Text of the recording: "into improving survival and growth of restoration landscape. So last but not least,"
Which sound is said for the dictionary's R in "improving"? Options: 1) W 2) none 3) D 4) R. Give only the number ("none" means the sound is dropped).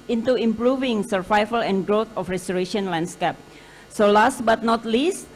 4